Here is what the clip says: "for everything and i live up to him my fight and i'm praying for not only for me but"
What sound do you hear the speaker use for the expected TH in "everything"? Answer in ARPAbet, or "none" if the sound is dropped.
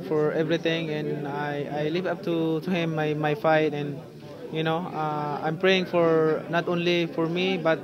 T